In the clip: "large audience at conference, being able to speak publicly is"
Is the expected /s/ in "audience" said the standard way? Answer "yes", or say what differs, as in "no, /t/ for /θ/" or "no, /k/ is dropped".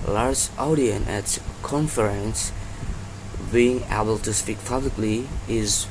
no, /s/ is dropped